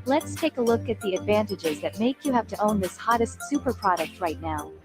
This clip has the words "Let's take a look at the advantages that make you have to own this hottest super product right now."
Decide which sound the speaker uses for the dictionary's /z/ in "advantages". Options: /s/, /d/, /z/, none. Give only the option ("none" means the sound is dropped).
/z/